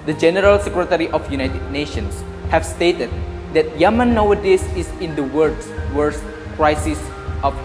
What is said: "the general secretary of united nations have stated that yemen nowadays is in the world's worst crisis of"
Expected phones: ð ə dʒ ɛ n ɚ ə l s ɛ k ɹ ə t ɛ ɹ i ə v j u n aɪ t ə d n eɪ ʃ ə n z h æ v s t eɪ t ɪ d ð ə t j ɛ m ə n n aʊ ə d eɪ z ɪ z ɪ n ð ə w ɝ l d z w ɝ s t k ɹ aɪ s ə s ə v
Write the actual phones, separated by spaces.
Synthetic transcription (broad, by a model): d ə dʒ ɛ n ɚ ə l s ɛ k ɹ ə t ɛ ɹ i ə f j u n aɪ t ə d n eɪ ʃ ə n s h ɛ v s t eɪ t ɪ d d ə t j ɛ m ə n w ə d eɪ s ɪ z ɪ n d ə w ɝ d s w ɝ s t k ɹ aɪ s ə s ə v